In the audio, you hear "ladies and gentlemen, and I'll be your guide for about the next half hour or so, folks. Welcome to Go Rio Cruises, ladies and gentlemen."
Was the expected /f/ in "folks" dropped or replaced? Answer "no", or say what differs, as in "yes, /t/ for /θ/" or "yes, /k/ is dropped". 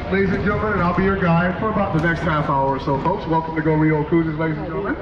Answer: no